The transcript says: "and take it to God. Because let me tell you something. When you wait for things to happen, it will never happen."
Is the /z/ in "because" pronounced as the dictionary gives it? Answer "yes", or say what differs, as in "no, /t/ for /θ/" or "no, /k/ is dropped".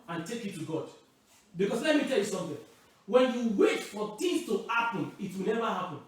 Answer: no, /s/ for /z/